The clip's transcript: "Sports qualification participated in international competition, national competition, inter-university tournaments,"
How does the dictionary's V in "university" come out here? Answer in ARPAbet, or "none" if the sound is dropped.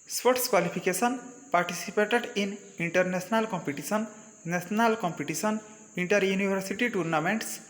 B